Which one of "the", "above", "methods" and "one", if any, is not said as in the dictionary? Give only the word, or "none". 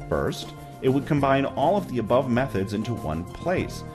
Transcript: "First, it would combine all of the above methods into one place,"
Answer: none